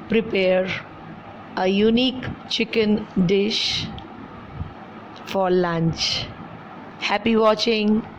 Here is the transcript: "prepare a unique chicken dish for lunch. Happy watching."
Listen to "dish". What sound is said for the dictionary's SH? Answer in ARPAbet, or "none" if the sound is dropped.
SH